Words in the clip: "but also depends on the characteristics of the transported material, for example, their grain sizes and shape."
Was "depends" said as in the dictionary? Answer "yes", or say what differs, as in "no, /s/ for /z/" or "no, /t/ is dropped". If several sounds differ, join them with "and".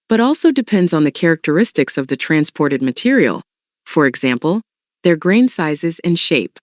yes